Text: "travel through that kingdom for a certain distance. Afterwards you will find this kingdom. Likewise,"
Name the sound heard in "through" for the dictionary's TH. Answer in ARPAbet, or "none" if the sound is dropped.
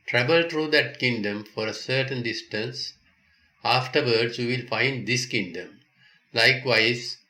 T